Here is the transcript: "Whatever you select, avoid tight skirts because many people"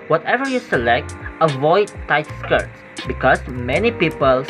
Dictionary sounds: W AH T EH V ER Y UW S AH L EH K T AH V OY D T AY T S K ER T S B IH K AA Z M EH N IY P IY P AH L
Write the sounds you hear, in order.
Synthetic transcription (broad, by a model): W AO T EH V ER Y UW S AH L EH K T AH V OY D T AY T S K ER T S B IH K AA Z M EH N IY P IY P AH L